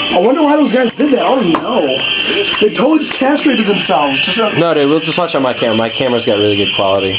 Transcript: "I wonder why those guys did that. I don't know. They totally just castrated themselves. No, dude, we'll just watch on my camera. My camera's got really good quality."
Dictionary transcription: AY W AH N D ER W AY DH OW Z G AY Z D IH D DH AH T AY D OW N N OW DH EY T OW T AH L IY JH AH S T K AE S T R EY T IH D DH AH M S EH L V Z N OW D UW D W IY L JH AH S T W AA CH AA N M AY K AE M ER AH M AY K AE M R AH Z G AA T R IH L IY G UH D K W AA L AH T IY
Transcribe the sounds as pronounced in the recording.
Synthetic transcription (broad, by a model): AY W AH N D ER W AY DH OW Z G AY Z D IH D DH AH T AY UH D N OW DH EY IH T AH IY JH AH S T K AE S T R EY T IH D DH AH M S EH L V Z N OW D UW W IY L JH AH S T W AA CH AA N M AY K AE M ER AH M AY K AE M R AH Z G AA T R IH L IY G UH D K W AA L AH T IY